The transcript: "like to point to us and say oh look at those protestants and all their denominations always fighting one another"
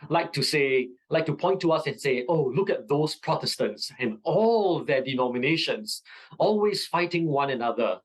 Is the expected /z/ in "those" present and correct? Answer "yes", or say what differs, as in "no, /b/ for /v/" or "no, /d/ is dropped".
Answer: no, /s/ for /z/